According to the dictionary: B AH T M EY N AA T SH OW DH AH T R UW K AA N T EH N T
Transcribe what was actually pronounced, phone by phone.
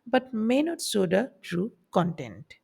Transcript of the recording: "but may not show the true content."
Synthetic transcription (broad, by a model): B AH T M EY N AA T S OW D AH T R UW K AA N T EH N T